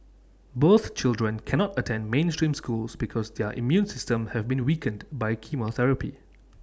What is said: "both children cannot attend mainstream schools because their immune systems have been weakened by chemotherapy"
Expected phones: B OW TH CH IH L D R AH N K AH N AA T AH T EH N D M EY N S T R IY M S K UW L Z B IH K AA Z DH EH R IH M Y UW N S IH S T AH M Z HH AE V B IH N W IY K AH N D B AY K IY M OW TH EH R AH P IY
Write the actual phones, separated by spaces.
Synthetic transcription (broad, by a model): B OW TH CH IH L D R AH N K AH N AA T AH T EH N D M EY N S T R IY M S K UW L S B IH K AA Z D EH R IH M Y UW N S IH S T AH M HH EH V B IH N W IY K AH N D B AY K IY M OW TH EH R AH P IY